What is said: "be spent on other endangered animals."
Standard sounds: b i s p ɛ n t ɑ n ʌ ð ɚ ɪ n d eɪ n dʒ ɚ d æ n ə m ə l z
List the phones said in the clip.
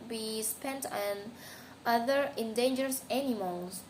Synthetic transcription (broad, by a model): b i s p ɛ n t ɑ n ʌ ð ɚ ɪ n d eɪ n dʒ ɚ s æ n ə m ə l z